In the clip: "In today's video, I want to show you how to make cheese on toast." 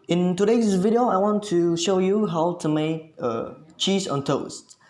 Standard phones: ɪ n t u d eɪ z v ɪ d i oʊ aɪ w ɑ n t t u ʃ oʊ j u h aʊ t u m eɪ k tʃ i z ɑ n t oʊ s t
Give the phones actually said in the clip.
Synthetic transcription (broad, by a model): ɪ n t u d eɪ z v ɪ d i oʊ aɪ w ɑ n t t u ʃ oʊ j u h aʊ t u m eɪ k tʃ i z ɑ n t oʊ s t